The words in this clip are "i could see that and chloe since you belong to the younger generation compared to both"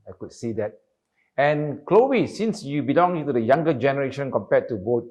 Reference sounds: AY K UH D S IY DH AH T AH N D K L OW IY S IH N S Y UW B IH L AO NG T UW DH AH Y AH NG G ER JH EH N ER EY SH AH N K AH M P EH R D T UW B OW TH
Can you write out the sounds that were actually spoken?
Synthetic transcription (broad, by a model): AY K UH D S IY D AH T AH N K L OW IY S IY N S Y UW B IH L AO NG T UW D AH Y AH NG G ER JH EH N ER EY SH AH N K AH M P EH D T UW B OW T